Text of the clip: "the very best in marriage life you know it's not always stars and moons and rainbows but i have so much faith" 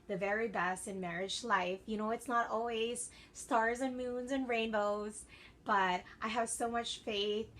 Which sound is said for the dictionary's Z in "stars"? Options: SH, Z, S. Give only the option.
Z